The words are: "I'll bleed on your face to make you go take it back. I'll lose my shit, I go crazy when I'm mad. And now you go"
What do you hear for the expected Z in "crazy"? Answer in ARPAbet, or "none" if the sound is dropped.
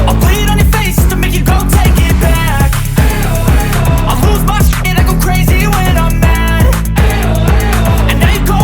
Z